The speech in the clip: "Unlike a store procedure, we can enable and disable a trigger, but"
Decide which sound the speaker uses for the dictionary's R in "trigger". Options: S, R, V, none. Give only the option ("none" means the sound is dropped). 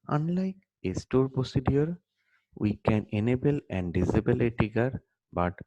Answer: none